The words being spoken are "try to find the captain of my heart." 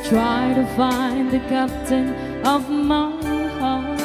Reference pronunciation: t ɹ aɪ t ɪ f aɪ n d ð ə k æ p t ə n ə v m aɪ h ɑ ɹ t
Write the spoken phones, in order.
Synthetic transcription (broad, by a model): t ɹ aɪ t ɪ f aɪ n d ð ə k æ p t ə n ə v m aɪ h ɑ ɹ